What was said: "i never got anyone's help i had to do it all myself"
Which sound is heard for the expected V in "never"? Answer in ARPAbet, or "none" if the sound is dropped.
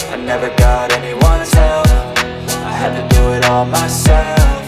V